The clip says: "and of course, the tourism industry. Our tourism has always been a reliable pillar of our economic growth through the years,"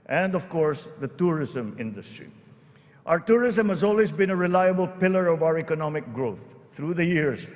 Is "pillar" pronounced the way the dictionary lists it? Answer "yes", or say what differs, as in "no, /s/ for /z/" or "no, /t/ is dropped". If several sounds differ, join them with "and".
yes